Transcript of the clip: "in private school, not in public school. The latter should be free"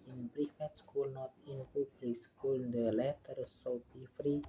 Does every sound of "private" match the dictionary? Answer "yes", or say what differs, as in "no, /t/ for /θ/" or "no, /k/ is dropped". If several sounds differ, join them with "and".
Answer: no, /f/ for /v/